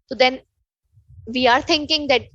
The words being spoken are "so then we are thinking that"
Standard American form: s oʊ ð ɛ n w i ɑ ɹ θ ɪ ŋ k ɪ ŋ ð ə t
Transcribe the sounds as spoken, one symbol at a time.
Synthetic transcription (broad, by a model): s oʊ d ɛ n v i ɑ ɹ t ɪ ŋ k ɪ ŋ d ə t